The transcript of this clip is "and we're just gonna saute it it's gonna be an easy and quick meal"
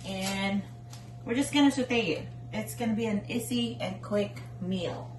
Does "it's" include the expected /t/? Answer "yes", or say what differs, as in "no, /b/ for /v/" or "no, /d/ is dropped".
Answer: yes